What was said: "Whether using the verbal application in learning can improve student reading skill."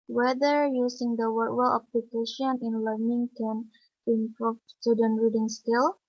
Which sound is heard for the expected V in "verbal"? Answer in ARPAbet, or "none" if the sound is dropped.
W